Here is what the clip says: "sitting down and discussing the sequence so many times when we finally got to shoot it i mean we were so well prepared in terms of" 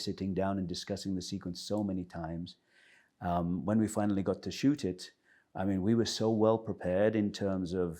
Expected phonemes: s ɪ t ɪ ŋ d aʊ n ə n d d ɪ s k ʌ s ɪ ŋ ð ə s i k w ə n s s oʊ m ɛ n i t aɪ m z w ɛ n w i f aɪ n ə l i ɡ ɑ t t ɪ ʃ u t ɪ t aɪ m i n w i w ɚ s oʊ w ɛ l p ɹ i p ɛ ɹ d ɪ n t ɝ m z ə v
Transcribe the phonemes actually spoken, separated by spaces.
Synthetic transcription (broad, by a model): s ɪ t ɪ ŋ d aʊ n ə n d d ɪ s k ʌ s ɪ ŋ ð ə s i k w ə n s s oʊ m ɛ n i t aɪ m z w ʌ n w i f aɪ n l i ɡ ɑ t t ɪ ʃ u t ɪ t aɪ m i n w i w ɚ s oʊ w ɛ l p ɹ i p ɛ ɹ d ɪ n t ɝ m z ə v